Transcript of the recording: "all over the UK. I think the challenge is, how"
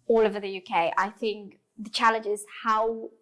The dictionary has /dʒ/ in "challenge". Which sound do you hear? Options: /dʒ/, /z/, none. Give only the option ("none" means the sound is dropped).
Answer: /dʒ/